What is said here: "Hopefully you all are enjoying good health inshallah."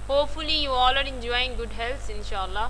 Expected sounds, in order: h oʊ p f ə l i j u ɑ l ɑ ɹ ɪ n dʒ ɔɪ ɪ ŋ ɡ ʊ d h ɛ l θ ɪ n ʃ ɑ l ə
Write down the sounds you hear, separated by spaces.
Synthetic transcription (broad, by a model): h oʊ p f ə l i j u ɑ l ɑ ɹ ɪ n dʒ ɔɪ ɪ ŋ ɡ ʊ d h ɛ l s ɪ n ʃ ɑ l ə